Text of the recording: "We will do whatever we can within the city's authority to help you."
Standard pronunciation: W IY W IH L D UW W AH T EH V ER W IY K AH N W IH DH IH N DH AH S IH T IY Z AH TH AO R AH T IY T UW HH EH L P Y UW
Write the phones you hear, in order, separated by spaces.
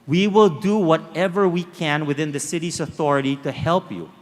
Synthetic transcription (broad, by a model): W IY W IH L D UW W AH T EH V ER W IY K AH N W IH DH IH N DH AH S IH T IY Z AH TH AO R AH T IY T UW HH EH L P Y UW